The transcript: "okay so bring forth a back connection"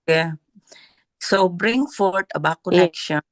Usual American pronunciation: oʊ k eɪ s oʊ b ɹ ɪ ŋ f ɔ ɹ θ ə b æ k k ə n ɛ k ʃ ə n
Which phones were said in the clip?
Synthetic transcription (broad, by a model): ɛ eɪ s oʊ b ɹ ɪ ŋ f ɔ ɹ t ə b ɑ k k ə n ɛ k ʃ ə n